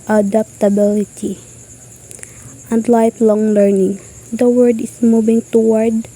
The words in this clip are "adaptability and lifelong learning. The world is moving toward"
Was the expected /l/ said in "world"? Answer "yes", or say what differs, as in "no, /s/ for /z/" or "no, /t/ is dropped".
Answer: no, /l/ is dropped